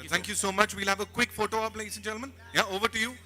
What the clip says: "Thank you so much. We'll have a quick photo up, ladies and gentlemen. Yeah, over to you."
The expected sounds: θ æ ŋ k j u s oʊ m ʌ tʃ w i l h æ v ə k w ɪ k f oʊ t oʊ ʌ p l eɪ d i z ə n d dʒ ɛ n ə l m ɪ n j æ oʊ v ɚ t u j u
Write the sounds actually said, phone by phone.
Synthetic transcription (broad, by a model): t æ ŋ k j u s oʊ m ʌ tʃ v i l h æ v ə k w ɪ k f oʊ t oʊ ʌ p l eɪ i s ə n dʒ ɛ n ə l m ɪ n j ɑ oʊ v ɚ t u j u